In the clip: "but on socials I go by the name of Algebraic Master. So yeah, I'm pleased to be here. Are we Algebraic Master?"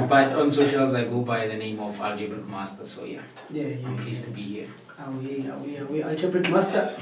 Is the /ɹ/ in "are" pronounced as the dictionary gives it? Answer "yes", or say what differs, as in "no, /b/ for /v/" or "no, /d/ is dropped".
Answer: no, /w/ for /ɹ/